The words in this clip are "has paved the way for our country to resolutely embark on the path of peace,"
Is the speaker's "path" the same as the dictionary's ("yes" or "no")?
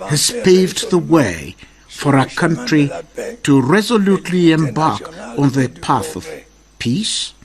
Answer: yes